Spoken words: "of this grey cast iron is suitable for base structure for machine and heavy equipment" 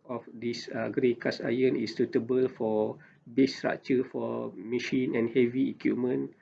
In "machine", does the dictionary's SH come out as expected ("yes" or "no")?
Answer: yes